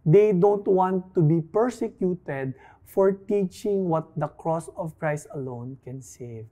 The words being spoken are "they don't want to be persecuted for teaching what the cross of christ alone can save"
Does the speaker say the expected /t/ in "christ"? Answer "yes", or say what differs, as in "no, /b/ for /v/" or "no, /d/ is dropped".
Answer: yes